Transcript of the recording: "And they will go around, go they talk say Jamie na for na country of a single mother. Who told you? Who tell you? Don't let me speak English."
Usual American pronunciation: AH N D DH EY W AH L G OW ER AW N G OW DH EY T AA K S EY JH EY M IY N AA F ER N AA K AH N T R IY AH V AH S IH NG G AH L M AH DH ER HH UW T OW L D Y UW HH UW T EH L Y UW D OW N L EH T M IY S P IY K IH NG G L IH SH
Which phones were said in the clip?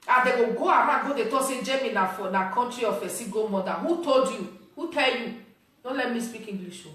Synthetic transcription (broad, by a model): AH D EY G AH G OW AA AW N G OW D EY T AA S EY JH EY M IY N AA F N AA K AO N T R IY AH F AH S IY G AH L M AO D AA HH UW T OW L D Y UW HH UW T EH L Y UW D OW N L EH T M IY S P IY K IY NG G L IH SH